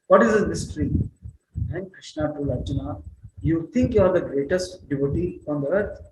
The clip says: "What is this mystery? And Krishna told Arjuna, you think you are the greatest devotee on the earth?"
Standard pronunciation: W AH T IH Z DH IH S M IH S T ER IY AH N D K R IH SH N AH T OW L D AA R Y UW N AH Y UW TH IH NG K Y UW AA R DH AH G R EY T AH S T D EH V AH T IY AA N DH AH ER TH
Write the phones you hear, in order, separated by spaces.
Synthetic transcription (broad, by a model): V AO T IH Z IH M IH S T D IY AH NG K K R IH SH N AH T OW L AA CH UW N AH Y UW T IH NG K Y UW AA R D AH G R EY T AH S T D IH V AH T IY AA N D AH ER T